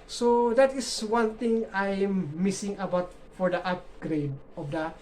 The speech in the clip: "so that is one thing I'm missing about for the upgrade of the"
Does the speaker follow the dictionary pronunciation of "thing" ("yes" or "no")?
no